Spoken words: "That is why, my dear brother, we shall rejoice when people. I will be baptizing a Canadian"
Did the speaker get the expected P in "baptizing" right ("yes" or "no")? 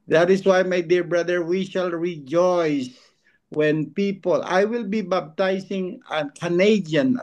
no